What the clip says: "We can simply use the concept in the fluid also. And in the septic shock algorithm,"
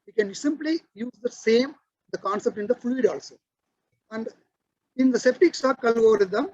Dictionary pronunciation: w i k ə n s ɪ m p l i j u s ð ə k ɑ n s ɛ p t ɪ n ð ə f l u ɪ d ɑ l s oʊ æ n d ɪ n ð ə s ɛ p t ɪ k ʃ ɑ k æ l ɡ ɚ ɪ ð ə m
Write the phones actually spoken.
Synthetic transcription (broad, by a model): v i k ə n s ɪ m p l i j u s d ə k ɑ n s ɛ p t ɪ n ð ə f l u ɪ d ɑ l s oʊ æ n d ɪ n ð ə s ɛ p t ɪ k s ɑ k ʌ l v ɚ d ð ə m